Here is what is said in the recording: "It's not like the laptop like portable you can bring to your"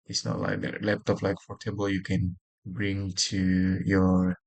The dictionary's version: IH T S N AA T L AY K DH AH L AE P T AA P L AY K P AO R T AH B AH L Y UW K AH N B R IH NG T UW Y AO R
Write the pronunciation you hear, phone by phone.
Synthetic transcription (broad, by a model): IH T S N AA T L AY K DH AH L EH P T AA F L AY K F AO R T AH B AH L Y UW K AH N B R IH NG T UW Y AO R